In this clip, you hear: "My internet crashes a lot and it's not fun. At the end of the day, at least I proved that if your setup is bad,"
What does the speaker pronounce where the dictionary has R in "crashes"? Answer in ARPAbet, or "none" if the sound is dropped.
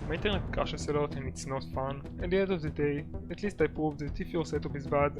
none